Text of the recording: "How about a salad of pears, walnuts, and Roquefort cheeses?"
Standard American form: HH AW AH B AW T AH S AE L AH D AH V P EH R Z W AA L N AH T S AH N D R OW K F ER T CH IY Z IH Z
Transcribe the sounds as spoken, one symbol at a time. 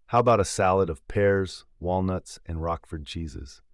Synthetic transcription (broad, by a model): HH AW AH B AW T AH S AE L AH D AH V P EH R Z W AA L N AH T S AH N R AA K F ER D CH IY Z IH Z